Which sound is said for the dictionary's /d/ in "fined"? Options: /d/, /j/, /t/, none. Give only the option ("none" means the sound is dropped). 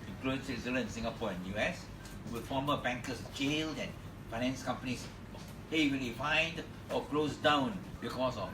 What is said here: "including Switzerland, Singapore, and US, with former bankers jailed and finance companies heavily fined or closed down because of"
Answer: /d/